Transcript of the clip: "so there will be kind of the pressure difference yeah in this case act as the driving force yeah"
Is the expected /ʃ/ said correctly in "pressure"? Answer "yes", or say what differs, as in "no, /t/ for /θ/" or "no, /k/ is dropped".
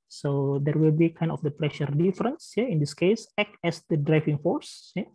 yes